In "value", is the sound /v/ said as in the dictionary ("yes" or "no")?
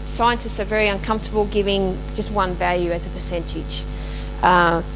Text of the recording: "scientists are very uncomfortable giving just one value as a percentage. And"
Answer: yes